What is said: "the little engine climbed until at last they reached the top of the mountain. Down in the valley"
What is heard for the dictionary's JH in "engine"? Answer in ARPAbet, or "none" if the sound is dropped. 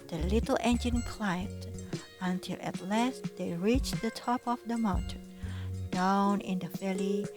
JH